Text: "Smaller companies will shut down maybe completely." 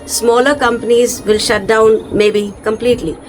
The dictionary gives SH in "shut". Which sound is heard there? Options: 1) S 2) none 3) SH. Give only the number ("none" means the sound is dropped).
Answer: 3